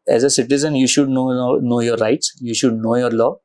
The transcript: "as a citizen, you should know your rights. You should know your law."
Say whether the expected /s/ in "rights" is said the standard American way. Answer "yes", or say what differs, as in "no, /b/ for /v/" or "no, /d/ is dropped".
yes